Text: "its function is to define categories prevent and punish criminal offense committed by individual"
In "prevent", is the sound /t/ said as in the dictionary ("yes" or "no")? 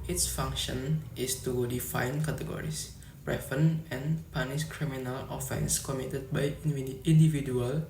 no